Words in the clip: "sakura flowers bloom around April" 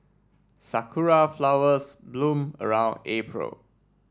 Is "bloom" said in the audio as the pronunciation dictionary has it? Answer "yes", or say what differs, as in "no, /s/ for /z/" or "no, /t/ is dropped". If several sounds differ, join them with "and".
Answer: yes